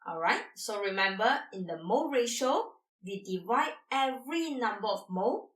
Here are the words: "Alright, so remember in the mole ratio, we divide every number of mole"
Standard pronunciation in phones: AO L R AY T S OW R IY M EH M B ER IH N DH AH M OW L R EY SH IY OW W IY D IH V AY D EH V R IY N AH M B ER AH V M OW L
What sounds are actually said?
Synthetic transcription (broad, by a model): AO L R AY T S OW R IY M EH M B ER IH N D AH M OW R EY SH OW W IY D IH V AY D EH V R IY N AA M B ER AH F M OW